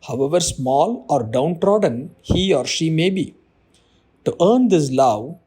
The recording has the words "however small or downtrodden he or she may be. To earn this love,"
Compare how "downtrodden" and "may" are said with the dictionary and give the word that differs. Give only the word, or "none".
none